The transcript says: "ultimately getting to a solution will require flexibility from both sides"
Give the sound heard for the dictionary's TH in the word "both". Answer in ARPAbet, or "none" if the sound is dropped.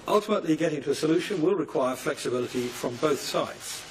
TH